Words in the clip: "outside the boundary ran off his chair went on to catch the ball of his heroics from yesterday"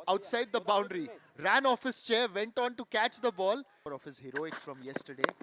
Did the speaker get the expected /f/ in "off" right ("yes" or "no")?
yes